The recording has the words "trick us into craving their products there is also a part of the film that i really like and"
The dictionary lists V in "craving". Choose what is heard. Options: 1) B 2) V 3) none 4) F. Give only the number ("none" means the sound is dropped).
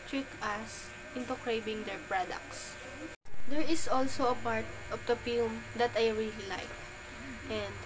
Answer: 1